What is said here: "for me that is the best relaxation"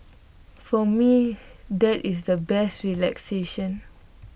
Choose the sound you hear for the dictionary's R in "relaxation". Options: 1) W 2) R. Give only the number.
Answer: 2